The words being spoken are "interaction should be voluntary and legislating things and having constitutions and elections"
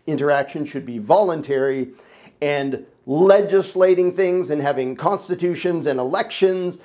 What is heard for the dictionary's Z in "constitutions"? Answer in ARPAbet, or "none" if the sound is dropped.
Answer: Z